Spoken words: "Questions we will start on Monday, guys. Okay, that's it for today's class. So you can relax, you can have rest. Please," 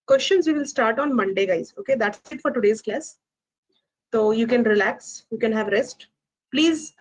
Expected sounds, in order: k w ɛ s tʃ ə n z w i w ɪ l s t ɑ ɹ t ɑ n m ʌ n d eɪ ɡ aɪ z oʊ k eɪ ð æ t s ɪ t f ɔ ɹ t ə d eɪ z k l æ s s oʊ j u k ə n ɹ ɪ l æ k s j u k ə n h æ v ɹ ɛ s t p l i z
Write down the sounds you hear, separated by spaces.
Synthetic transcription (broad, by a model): k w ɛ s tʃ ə n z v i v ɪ l s t ɑ ɹ t ɑ n m ʌ n d eɪ ɡ aɪ z oʊ k eɪ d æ t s ɪ t f ɔ ɹ t ə d eɪ z k l æ s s oʊ j u k ə n ɹ ɪ l æ k s j u k ə n h æ v ɹ ɛ s t p l i z